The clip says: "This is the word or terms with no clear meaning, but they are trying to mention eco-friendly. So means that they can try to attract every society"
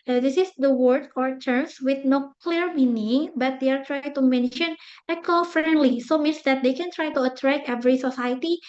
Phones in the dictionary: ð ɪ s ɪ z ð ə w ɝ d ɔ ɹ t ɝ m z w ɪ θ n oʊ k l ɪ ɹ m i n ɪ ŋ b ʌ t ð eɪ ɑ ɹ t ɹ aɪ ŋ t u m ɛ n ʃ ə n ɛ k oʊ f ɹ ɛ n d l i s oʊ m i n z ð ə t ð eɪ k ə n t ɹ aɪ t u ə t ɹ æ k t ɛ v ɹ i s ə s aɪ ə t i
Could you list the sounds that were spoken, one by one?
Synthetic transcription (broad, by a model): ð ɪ s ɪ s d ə w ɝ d ɔ ɹ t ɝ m s w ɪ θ n oʊ k l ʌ ɹ m i n ɪ ŋ b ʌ t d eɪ ɑ ɹ t ɹ aɪ ŋ t u m ɛ n ʃ ə n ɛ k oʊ f ɹ ɛ n d l i s oʊ m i n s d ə t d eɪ k ə n t ɹ aɪ t u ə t ɹ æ k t ɛ v ɹ i s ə s aɪ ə t i